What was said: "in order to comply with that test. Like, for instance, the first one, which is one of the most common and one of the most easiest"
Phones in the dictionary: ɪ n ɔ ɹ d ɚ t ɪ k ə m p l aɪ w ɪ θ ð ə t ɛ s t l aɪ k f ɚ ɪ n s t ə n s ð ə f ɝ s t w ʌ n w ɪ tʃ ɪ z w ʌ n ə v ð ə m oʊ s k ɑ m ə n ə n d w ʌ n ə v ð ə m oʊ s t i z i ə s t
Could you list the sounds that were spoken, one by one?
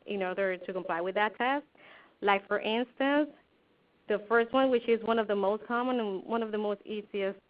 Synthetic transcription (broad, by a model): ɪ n ɔ ɹ d ɚ t ɪ k ə m p l aɪ w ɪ ð ə t ɛ s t l aɪ k f ɚ ɪ n s t ə n s ð ə f ɝ s t w ʌ n w ɪ tʃ ɪ z w ʌ n ə v ð ə m oʊ s k ɑ m ə n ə n w ʌ n ə v ð ə m oʊ s t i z i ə s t